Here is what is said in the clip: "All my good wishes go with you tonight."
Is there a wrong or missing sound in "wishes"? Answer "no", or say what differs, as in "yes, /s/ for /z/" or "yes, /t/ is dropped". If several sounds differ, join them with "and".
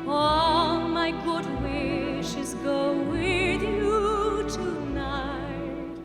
no